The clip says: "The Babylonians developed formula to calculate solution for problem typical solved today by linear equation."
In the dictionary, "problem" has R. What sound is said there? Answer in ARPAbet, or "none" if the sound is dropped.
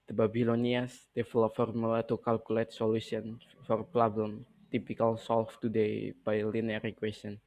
L